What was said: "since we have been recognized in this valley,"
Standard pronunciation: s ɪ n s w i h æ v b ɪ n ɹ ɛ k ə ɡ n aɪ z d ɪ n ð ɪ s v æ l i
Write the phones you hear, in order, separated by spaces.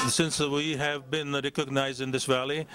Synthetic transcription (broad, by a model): s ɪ n s w i h æ v b ɪ n ɹ ɛ k ə ɡ n aɪ z d ɪ n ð ɪ s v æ l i